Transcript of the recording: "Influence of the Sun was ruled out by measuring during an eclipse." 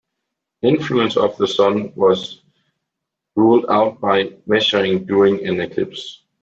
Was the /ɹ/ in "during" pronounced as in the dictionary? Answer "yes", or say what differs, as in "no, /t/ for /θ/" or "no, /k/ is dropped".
no, /ɹ/ is dropped